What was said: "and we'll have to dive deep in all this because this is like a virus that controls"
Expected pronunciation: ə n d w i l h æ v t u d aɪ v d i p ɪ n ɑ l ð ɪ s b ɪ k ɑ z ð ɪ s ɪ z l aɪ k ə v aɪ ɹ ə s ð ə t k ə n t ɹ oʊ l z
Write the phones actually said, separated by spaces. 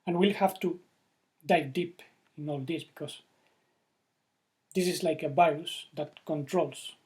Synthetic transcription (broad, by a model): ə n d w i l h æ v t u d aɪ d i p ɪ n ɑ l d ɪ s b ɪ k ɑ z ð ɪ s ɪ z l aɪ k ə b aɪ ə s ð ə t k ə n t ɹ oʊ l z